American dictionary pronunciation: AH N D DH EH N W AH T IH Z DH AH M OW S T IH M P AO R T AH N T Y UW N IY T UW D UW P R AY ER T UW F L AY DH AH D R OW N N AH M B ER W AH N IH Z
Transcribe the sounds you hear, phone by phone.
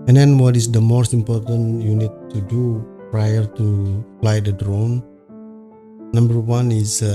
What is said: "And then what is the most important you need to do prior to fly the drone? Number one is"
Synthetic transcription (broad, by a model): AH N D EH N W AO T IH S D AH M OW S T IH M P AO R T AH N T Y UW N IY T UW D UW P R AY ER T UW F L AY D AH D R OW N N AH M B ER W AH N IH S